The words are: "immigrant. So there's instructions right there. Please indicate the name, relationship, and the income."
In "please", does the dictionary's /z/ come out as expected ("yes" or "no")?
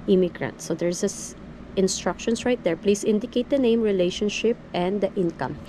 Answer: no